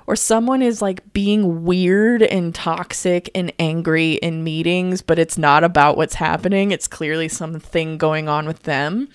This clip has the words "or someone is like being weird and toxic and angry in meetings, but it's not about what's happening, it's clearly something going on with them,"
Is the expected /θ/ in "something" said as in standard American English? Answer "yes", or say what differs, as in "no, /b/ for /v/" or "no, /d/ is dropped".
yes